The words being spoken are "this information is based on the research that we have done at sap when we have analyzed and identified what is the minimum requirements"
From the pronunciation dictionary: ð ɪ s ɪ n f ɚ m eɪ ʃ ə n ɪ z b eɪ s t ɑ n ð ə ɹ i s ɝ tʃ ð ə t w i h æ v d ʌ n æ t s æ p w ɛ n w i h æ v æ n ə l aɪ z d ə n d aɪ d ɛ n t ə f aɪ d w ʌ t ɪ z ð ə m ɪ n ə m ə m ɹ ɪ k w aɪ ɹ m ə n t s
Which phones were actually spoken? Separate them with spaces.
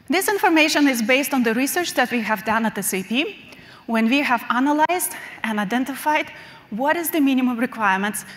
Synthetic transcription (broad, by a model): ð ɪ s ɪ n f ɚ m eɪ ʃ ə n ɪ z b eɪ s t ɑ n ð ə ɹ i s ɝ tʃ ð ə t w i h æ v d ʌ n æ t s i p w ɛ n w i h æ v æ n ə l aɪ z d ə n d aɪ d ɛ n t ə f aɪ d w ʌ t ɪ z ð ə m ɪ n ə m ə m ɹ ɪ k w aɪ ɹ m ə n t s